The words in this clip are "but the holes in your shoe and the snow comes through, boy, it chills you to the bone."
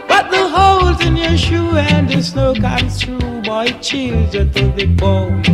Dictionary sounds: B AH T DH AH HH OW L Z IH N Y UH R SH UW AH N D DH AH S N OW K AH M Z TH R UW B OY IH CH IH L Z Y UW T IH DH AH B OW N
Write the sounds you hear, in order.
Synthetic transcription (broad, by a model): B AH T DH AH HH OW L Z IH N Y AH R SH UW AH N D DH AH S N OW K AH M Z T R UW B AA IH CH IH L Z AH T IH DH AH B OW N